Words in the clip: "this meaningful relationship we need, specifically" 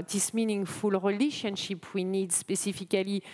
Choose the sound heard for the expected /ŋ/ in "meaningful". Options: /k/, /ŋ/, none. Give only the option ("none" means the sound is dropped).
/ŋ/